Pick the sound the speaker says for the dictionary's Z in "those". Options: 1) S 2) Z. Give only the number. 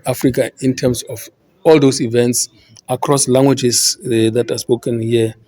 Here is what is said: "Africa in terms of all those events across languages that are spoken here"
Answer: 1